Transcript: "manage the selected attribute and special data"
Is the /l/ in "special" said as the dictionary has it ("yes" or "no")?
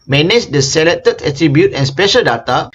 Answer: yes